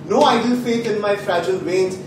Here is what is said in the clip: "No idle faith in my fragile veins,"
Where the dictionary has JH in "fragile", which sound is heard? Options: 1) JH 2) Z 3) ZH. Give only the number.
1